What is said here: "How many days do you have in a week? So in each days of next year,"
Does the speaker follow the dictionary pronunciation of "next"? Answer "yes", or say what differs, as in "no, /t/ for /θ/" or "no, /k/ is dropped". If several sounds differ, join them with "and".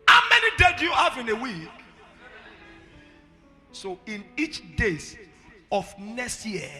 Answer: no, /k/ is dropped